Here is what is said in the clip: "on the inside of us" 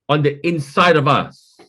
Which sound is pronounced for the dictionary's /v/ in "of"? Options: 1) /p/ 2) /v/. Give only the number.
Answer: 2